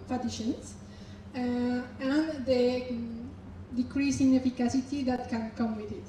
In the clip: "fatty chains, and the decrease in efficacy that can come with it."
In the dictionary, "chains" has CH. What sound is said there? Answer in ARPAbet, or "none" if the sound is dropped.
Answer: SH